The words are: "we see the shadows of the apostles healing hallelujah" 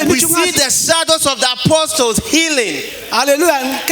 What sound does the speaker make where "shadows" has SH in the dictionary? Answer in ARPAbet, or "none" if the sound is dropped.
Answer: S